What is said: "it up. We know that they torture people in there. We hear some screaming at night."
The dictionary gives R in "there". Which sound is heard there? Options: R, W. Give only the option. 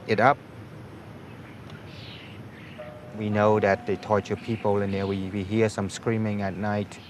W